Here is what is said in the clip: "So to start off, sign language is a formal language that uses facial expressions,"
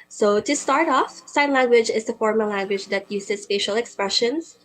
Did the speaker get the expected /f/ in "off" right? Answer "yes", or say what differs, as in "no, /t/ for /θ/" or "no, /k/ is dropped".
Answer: yes